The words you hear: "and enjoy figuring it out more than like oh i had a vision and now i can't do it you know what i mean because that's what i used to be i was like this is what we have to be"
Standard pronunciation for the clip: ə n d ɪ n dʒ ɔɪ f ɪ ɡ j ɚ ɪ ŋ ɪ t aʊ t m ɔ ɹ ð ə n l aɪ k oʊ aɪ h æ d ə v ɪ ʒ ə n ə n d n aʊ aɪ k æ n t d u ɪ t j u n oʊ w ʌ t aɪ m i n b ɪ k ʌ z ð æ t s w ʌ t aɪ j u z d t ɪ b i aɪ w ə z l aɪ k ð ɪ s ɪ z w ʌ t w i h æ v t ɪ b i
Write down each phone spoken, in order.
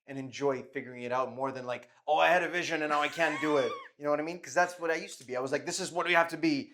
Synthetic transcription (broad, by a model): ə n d ɪ n dʒ ɔɪ f ɪ ɡ j ɚ ɪ ŋ ɪ t aʊ t m ɔ ɹ ð ə n l aɪ k oʊ aɪ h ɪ d ə v ɪ ʒ ə n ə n n aʊ aɪ k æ n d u ɪ t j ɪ n oʊ w ʌ t aɪ m i n k ʌ z ð æ t s w ʌ t aɪ j u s t ɪ b i aɪ w ə z l aɪ k ð ɪ s ɪ z w ʌ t w i h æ f t ɪ b i